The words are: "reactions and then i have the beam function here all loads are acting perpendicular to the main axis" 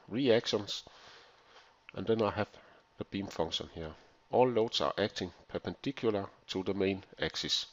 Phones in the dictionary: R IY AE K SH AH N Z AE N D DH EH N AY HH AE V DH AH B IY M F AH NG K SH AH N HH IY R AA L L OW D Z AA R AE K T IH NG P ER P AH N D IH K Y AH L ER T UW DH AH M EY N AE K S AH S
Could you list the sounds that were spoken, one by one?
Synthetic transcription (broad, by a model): R IY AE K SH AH N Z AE N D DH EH N AY HH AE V DH AH B IY M F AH NG SH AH N HH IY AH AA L L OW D S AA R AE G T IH NG P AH P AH N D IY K Y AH L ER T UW DH AH M EY N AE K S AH S